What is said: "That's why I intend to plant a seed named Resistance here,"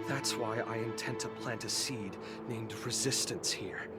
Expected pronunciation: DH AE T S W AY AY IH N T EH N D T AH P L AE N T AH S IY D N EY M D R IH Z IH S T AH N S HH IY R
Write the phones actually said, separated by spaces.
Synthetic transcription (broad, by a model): DH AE T S W AY AY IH N T EH N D T AH P L AE N T AH S IY D N EY M D R IH Z IH S T AH N S HH IY R